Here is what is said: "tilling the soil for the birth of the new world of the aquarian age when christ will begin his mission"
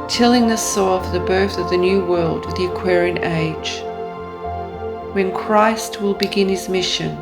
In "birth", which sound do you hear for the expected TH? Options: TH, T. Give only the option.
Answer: TH